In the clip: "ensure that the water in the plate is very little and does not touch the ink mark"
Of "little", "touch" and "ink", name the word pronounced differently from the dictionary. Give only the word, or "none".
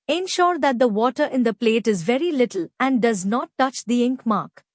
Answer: none